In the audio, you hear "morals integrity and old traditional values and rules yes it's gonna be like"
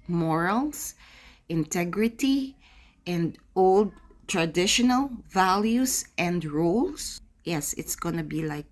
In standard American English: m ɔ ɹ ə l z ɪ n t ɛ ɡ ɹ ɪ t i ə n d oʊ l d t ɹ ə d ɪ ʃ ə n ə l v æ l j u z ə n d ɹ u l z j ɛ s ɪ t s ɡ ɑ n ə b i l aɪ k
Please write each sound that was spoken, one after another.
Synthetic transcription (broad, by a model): m ɔ ɹ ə l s ɪ n t ɛ ɡ ɹ ɪ t i ə n d oʊ l d t ɹ ə d ɪ ʃ ə n ə l v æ l j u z ə n d ɹ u l s j ɛ s ɪ t s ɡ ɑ n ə b i l aɪ k